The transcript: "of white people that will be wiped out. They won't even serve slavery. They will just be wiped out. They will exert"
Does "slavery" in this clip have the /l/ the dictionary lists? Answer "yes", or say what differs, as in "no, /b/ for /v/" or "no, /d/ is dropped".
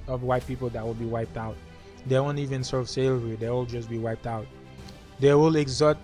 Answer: no, /l/ is dropped